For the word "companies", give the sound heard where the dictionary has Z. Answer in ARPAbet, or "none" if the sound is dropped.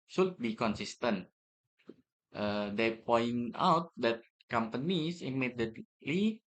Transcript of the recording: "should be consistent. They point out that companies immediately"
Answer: S